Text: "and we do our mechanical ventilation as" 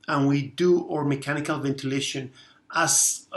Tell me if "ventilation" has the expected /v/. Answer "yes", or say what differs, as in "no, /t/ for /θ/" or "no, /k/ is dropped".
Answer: yes